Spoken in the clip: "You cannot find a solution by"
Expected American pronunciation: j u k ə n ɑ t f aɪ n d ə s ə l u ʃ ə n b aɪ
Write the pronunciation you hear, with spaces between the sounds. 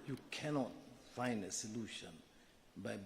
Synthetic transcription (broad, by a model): j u k ə n ɑ t f aɪ n d ə s ə l u ʃ ə n b aɪ